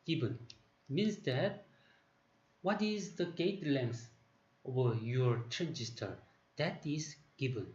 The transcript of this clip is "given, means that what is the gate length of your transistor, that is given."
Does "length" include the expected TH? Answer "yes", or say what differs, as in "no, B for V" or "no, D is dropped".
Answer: no, S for TH